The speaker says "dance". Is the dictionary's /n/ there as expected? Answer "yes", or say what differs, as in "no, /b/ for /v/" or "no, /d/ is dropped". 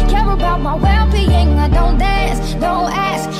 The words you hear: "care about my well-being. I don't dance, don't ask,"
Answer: no, /n/ is dropped